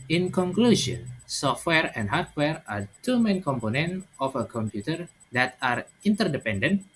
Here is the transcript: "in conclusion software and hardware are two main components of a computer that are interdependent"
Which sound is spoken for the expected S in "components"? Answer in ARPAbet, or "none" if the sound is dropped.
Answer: none